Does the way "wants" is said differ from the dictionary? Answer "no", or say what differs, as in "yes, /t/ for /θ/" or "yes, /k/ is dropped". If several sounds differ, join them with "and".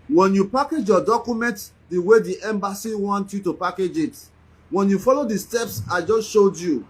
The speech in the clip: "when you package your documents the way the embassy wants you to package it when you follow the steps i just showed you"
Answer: yes, /s/ is dropped